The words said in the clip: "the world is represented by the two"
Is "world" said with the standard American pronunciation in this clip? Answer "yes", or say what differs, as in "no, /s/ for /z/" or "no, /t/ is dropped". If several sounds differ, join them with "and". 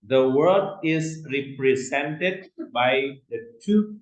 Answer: no, /l/ is dropped